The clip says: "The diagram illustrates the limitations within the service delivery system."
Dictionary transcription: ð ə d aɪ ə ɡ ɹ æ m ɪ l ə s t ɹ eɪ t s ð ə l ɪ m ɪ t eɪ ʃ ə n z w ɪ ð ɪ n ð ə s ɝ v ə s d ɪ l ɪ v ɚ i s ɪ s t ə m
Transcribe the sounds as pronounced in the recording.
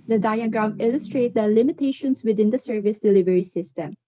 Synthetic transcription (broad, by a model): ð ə d aɪ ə ɡ ɹ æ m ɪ l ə s t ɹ eɪ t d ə l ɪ m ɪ t eɪ ʃ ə n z w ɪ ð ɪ n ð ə s ɝ v ə s d ɪ l ɪ v ɚ i s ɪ s t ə m